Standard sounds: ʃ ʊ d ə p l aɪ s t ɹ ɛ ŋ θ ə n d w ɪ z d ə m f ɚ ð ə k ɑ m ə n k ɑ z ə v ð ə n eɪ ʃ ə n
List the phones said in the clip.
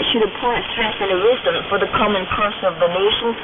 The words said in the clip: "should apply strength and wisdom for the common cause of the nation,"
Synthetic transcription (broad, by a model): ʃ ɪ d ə p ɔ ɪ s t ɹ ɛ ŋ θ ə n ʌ w ɪ z d ə m f ɚ ð ə k ɑ m ə n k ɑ s ə v ð ə n eɪ ʃ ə n